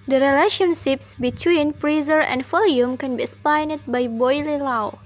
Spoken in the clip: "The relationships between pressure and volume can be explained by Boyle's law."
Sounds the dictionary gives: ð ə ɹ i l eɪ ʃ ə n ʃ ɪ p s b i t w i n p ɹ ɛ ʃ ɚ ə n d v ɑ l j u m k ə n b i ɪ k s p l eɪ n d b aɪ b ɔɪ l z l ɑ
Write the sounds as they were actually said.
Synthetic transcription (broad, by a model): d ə ɹ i l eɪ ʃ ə n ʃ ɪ p s b i t w i n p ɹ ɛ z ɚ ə n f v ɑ l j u m k ə n b i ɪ s p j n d b aɪ b ɔɪ l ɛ l ɑ